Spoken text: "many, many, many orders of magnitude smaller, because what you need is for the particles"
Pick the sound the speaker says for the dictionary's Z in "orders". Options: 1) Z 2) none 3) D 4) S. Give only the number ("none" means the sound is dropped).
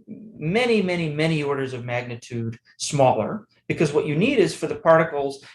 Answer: 1